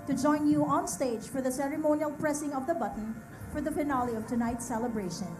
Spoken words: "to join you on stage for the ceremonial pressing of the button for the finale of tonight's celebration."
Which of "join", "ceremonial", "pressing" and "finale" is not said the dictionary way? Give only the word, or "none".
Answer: finale